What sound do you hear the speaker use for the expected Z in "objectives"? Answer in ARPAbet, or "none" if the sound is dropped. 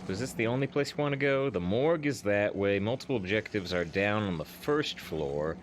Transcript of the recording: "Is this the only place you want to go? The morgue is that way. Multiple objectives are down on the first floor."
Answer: Z